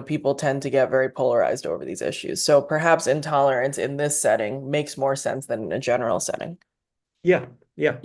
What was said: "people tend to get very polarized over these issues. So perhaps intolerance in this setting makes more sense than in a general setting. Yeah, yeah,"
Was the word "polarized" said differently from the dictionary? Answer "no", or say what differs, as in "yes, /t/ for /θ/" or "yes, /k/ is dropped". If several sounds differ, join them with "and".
no